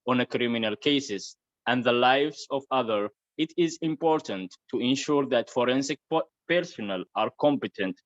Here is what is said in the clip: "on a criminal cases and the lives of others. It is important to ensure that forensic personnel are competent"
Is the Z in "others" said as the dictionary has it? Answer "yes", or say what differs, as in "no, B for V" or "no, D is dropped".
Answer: no, Z is dropped